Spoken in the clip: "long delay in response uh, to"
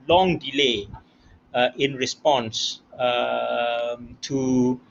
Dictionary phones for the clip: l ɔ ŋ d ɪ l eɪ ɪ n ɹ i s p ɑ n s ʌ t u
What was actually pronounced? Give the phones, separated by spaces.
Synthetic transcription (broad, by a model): l ɔ ŋ d ɪ l eɪ ɪ n ɹ i s p ɑ n s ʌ t u